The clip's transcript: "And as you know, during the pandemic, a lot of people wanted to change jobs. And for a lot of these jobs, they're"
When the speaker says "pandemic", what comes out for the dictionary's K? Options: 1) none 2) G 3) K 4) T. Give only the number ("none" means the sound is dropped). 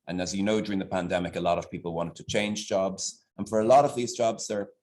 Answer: 3